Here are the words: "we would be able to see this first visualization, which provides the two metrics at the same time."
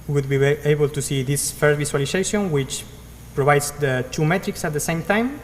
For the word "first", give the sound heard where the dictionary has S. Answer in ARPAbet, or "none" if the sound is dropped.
none